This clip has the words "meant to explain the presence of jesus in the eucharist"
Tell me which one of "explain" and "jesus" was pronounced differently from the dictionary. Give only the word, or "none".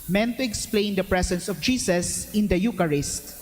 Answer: jesus